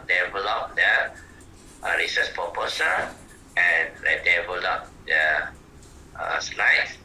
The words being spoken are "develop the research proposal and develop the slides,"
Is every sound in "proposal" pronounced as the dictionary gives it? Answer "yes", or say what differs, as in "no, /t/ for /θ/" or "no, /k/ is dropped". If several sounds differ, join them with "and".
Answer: no, /ɹ/ is dropped and /s/ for /z/